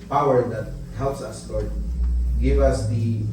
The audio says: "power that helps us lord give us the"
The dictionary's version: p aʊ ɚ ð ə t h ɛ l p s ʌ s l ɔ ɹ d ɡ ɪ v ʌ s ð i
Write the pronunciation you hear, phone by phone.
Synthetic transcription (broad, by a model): p aʊ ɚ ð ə t h ɛ l p s ʌ s l ɔ ɹ d ɡ ɪ v ʌ s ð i